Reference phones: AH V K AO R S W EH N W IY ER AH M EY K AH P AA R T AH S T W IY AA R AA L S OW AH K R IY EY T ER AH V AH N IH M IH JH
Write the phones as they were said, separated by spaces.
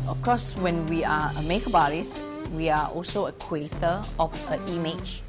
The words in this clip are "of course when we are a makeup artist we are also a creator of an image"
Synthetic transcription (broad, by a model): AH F K AO S W EH N W IY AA AH M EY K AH B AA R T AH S W IY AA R AA L S OW AH K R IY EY T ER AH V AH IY M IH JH